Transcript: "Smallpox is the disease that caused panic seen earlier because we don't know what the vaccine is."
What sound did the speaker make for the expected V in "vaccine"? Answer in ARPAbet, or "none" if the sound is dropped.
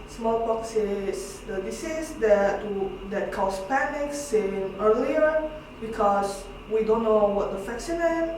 F